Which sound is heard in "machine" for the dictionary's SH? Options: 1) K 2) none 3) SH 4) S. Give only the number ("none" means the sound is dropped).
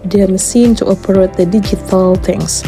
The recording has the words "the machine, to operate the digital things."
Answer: 4